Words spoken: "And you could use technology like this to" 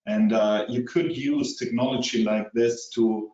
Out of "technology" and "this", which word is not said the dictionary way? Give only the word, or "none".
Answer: none